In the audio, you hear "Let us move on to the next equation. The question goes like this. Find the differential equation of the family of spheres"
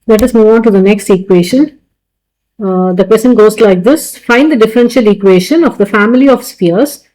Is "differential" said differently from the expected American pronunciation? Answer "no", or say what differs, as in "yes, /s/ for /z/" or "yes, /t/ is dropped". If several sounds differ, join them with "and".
no